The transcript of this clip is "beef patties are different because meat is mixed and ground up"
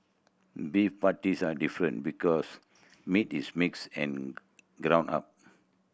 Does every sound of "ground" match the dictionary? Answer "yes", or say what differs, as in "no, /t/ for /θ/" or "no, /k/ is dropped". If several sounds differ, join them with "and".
no, /d/ is dropped